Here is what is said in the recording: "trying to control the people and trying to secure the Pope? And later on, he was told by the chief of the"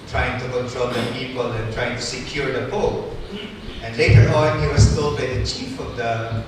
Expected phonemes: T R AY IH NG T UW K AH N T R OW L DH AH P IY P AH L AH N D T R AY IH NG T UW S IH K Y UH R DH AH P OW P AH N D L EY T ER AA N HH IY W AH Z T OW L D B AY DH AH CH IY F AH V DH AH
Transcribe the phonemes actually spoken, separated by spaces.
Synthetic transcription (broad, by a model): T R AY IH NG T UW K AH N T R OW L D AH P IY P AH L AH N T R AY IH NG T UW S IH K Y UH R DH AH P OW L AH N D L EY T ER AA N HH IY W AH S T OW L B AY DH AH CH IY F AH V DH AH